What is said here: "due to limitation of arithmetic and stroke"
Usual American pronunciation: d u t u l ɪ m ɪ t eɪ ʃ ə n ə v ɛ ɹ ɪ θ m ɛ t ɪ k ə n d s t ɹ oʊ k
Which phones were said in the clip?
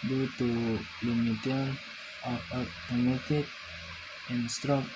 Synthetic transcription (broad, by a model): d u t u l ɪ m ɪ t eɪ ə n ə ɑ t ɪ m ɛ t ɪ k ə n s t ɹ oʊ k